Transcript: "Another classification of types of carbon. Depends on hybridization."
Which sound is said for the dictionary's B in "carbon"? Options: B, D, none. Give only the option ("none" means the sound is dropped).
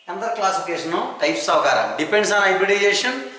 none